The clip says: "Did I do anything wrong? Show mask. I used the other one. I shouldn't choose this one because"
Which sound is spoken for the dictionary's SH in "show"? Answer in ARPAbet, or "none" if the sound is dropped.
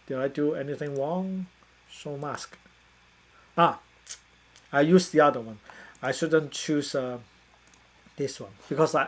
S